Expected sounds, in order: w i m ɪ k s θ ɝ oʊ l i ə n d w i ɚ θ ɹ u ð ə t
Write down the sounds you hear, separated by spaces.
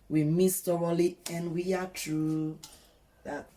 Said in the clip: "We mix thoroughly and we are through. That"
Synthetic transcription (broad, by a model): w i m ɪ s t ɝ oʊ l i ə n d w i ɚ t ɹ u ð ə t